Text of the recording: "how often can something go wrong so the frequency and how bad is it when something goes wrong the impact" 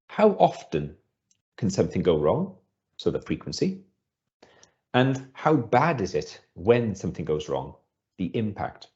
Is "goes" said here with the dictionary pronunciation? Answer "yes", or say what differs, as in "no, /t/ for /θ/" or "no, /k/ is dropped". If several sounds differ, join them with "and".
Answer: yes